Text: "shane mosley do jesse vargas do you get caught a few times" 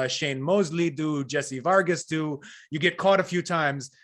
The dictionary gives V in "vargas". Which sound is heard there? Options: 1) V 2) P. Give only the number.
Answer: 1